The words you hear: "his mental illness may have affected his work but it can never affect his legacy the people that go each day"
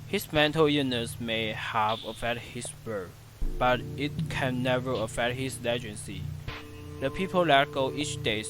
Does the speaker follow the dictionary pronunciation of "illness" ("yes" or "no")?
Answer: no